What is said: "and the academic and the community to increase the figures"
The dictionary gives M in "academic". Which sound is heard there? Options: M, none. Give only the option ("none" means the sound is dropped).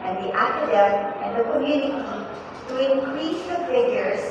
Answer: none